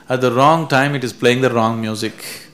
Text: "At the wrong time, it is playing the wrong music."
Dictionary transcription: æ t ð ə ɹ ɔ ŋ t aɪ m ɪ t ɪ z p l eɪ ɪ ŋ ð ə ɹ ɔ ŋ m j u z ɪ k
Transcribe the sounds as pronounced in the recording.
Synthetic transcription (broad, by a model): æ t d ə ɹ ɔ ŋ t aɪ m ɪ t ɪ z p l eɪ ɪ ŋ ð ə ɹ ɔ ŋ m j u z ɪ k